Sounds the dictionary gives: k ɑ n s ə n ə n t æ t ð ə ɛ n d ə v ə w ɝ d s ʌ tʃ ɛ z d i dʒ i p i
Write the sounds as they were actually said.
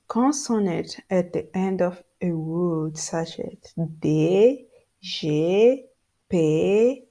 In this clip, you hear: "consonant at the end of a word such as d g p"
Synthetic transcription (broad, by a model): k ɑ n s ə n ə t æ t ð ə ɛ n d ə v ə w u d s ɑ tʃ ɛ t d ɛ ʒ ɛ p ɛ